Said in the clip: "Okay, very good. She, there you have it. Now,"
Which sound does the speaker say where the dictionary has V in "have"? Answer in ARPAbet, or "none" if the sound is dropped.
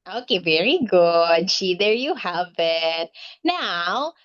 V